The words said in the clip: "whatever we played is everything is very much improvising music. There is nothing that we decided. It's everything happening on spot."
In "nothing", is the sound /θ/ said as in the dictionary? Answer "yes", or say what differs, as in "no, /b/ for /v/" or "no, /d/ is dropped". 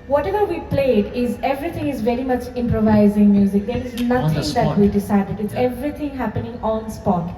no, /t/ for /θ/